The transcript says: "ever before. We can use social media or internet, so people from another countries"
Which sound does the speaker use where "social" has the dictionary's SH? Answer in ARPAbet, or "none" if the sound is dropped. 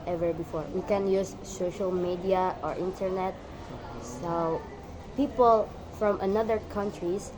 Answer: SH